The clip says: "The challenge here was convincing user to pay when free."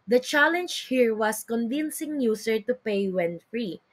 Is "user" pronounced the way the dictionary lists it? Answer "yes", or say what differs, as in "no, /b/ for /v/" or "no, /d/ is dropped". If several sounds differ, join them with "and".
no, /s/ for /z/